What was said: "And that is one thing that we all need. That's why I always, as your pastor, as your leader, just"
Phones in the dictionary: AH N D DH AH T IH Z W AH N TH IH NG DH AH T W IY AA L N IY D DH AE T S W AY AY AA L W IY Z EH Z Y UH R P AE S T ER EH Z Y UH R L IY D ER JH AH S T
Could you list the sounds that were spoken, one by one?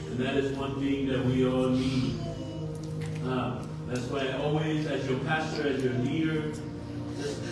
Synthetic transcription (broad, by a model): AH N DH AH T IH Z W AH N TH IH NG DH AH T W IY AA L N IY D DH AE T S W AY AY AA L W IY Z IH Z Y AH R P AE S T ER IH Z Y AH R N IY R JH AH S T